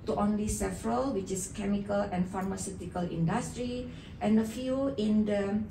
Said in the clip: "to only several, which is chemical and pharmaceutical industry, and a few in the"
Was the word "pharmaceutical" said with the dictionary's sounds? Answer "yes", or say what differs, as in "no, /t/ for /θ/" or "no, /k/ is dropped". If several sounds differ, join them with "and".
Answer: yes